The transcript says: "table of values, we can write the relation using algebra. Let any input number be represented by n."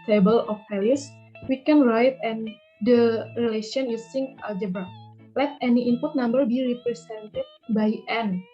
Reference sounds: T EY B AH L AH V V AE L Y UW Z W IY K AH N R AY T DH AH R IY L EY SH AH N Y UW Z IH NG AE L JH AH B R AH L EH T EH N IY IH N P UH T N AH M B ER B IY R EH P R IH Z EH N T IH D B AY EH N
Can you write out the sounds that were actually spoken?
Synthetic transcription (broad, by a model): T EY B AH L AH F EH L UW S W IY K AH N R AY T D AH R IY L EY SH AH N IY S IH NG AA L JH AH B AH L EH T EH N IY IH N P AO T N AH M B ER B IY R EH P R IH S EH N T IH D B AY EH N